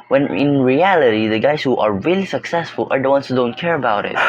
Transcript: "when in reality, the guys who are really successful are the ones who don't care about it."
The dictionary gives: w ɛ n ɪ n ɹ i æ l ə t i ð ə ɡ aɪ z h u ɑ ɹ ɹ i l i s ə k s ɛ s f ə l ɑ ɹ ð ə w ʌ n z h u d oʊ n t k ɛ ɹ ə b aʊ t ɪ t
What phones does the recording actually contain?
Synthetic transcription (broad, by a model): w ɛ n ɪ n ɹ i æ l ə t i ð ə ɡ aɪ s h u ɑ ɹ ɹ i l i s ə k s ɛ s f ə l ɑ ɹ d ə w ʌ n s h u d oʊ n t k ɛ ɹ ə b aʊ t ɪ t